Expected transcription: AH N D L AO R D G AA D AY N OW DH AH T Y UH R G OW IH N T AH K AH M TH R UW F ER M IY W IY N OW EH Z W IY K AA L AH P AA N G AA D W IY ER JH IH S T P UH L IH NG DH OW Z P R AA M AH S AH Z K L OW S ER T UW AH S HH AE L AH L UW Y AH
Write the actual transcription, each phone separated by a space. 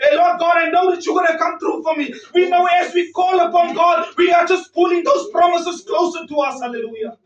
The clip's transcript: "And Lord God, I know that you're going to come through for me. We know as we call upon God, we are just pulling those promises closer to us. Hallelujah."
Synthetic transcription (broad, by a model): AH L AO D G AA D AY N OW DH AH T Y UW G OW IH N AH K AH M T R UW F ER M IY W IY N OW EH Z W IY K AA L AH P AA N G AA D W IY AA JH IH S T P UH L IH NG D OW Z P R AA M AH S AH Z K L OW S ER T UW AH S HH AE L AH L UW Y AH